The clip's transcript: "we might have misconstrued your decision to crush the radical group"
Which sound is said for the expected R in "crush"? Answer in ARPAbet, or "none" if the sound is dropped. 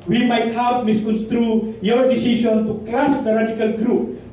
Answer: L